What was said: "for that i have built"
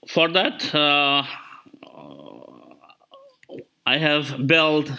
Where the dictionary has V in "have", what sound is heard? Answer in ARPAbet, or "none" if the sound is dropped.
V